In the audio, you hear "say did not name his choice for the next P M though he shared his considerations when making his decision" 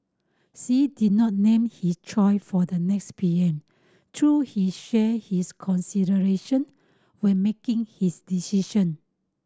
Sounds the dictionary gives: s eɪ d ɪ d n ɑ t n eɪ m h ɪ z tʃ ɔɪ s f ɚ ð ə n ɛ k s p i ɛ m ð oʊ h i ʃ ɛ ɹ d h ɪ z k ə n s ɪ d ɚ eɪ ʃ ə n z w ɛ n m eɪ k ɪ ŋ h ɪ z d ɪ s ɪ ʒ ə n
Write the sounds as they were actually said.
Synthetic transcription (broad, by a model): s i d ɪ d n ɑ t n eɪ m h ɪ s tʃ ɔɪ f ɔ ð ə n ɛ k s p i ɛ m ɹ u h i ʃ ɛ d h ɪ s k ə n s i d ɚ eɪ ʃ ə n w ɛ n m eɪ k ɪ ŋ h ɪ s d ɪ s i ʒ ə n